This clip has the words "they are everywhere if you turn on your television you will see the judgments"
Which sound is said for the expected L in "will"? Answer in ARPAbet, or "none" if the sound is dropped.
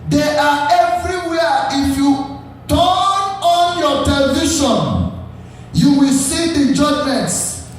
L